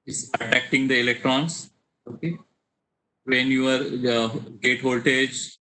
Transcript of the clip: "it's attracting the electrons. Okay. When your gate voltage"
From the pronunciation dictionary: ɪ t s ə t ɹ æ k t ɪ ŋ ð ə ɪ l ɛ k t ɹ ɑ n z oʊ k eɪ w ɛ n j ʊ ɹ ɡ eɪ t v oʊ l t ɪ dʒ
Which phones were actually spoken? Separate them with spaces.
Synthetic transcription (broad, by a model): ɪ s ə t æ k t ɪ ŋ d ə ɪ l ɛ k t ɹ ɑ n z oʊ k eɪ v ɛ n j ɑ ɹ ɡ eɪ t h oʊ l t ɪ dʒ